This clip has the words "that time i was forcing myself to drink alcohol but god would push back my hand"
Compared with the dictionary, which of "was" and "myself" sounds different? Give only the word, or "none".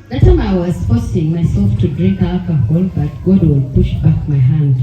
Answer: was